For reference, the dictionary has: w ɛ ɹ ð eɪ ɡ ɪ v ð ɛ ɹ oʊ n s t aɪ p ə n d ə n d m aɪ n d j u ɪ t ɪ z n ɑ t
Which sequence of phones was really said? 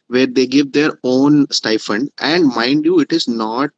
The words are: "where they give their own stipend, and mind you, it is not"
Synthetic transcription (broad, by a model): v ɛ ɹ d eɪ ɡ ɪ v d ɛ ɹ oʊ n s t aɪ f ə n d ə n d m aɪ n d j u ɪ t ɪ z n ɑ t